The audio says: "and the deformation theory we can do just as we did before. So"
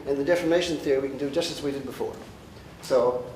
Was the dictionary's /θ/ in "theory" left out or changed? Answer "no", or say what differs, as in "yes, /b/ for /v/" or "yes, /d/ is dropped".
no